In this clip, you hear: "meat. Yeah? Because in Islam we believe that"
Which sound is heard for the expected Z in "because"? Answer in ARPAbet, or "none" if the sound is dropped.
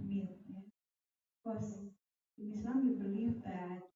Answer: none